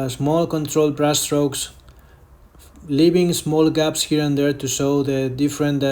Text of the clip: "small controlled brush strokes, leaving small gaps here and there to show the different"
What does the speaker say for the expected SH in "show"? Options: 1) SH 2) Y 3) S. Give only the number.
3